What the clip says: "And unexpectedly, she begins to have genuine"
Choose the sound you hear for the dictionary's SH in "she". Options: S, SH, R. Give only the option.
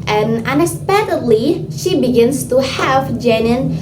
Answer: SH